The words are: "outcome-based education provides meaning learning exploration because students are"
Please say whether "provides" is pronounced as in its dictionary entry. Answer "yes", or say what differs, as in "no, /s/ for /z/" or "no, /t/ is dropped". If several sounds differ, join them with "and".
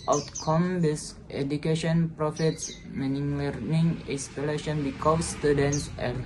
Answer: no, /f/ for /v/